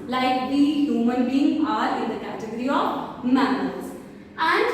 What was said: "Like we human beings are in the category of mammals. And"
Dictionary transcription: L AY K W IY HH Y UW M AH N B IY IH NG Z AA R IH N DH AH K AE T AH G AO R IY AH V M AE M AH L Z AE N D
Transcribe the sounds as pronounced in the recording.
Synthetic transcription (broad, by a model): L AY K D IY HH Y UW M AH N B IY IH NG AA R IH N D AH K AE T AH G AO R IY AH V M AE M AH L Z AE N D